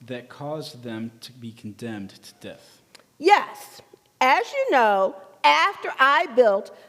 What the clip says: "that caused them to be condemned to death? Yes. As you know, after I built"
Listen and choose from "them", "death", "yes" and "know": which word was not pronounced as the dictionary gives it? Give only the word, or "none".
none